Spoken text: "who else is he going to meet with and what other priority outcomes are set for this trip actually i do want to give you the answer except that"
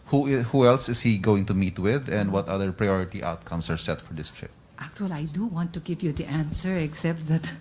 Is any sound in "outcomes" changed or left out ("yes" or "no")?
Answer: yes